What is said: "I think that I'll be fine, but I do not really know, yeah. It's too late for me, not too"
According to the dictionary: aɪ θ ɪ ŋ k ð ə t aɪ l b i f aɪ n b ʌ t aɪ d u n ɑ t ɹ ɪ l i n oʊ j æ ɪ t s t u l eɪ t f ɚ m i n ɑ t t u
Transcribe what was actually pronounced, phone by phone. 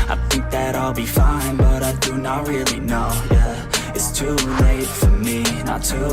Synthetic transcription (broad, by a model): aɪ θ ɪ ŋ k ð ə t aɪ l b i f aɪ n b ʌ t aɪ d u n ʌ t ɹ ɪ l i n oʊ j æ ɪ t s t u l eɪ t f ɚ m i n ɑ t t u